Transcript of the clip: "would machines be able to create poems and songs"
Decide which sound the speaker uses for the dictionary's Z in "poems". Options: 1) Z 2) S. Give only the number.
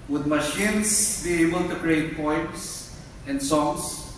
2